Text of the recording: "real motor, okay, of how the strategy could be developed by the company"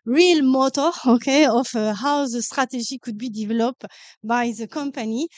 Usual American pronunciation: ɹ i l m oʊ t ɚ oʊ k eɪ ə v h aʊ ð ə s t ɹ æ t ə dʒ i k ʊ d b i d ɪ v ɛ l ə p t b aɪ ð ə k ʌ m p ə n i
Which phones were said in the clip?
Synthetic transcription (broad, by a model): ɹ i l m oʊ t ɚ oʊ k eɪ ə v h aʊ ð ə s t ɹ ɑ t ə ʒ i k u d b i d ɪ v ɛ l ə p b aɪ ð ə k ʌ m p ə n i